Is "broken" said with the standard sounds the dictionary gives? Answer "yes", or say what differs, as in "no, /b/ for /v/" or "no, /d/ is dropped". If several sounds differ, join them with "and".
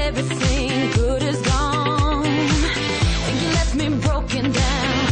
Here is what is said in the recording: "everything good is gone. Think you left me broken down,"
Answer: yes